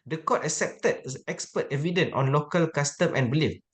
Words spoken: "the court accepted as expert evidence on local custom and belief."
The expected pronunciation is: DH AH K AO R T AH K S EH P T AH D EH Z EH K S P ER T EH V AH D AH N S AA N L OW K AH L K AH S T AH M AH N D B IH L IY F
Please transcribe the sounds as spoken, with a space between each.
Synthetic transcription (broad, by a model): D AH K AO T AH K S EH P T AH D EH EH K S P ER T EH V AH D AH N AA N L OW K AH L K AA S T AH M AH N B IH L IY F